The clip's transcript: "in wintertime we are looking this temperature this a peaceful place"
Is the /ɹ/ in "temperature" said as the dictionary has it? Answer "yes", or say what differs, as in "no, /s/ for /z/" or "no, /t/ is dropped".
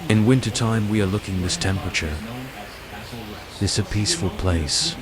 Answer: yes